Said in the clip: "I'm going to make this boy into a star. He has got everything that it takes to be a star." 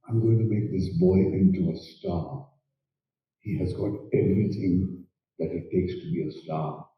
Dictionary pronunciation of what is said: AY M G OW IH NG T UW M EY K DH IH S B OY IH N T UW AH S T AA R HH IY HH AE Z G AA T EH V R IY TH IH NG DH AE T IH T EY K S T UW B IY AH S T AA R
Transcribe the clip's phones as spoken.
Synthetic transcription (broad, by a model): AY M G OW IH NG T UW M EY K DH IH S B OY IH N T UW AH S T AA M HH IY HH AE Z G AA T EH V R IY S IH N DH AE T IH T EY K S T UW B IY AH S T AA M